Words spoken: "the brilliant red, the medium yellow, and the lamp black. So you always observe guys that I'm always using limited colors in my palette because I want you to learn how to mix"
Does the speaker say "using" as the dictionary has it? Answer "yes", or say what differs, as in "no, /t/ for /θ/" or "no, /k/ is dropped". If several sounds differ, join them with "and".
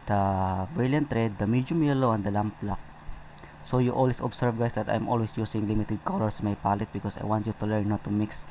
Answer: no, /s/ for /z/